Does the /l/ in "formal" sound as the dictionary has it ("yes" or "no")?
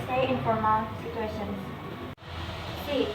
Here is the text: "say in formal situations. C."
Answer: no